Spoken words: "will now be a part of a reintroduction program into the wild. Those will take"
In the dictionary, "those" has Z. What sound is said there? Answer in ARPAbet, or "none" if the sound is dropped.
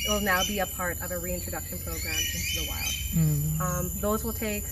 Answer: Z